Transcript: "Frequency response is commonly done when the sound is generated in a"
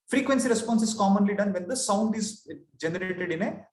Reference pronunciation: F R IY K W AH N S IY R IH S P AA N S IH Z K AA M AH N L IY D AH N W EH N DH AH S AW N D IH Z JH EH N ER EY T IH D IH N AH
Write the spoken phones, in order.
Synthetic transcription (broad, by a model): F R IY K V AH N S IY R IH S P AA N S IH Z K AA M AH N L IY D AH N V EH N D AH S AW N D IH Z JH EH N ER EY T IH D IH N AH